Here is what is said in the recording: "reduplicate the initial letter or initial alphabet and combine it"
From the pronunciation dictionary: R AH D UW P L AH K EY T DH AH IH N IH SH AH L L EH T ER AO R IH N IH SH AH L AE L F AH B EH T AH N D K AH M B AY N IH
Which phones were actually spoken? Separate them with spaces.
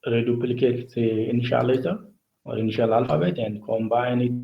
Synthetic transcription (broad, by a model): R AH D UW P L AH K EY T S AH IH N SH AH L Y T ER AO R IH N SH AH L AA L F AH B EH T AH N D K AH M B AY N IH